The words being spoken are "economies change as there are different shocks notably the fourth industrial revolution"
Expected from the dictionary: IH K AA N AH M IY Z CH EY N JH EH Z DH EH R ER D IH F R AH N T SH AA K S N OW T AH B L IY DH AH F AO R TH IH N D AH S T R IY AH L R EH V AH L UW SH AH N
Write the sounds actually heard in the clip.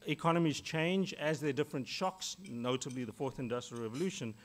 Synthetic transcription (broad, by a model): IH K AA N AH M IY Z CH EY N JH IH Z DH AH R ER D IH F R AH N T SH AA K S N OW T AH B L IY DH AH F AO R TH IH N D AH S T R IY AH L R EH V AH L UW SH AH N